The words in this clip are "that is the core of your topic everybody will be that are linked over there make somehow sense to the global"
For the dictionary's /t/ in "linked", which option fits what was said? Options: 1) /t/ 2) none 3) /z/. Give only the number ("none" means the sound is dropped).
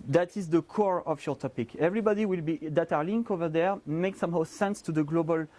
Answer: 2